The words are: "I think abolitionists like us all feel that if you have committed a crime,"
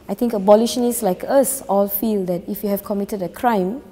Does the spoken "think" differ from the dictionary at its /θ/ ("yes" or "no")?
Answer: yes